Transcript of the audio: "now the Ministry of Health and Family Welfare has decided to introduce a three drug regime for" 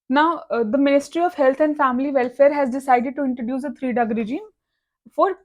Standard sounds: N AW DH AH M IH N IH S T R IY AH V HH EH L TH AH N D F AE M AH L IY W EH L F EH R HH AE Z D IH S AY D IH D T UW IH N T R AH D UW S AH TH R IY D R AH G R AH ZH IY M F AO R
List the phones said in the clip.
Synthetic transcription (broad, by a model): N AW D AH M IH N IH S T R IY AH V HH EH L T AH N D F AE M AH L IY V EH L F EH R HH AE Z D IH S AY D IH D T UW IH N T R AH D UW S AH T R IY D AH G R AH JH IY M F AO R